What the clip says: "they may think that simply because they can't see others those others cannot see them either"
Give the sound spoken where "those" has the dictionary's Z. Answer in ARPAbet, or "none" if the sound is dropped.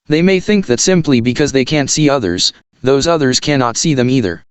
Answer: Z